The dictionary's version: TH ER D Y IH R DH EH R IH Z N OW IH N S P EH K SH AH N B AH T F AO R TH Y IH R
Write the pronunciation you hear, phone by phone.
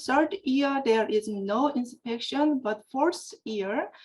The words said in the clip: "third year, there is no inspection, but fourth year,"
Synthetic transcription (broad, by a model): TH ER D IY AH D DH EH R IH Z N OW IH N S P EH K SH AH N B AH T F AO R S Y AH R